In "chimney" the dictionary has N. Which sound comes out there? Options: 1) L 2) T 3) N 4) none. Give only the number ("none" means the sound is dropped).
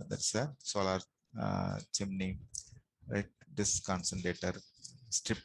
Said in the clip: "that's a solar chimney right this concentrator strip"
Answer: 3